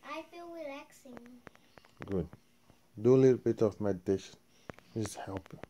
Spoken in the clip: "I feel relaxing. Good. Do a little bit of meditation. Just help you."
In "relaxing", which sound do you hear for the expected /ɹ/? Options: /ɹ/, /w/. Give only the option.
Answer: /w/